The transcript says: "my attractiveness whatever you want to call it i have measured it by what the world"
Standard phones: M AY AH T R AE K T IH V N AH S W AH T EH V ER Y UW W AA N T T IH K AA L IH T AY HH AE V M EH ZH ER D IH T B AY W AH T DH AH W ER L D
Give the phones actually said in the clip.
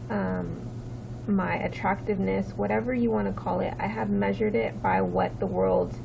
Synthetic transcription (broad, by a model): M AY AH T R AE K T IH V N AH S W AH T EH V ER Y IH W AA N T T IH K AA L IH T AY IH V M EH ZH ER D IH T B AY W AH T DH AH W ER L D